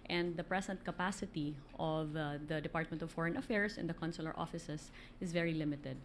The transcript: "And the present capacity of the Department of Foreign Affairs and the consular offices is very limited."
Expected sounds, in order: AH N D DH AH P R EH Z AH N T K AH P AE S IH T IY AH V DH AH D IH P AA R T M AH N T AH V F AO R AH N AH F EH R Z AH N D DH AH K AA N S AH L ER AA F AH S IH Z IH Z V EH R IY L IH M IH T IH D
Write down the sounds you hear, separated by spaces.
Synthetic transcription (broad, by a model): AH N D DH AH P R EH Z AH N T K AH P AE S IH T IY AH V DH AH D IH P AA R T M AH N T AH V F AO R AH N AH F EH R S AH N D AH K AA N S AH L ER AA F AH S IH S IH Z V EH R IY L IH M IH T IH D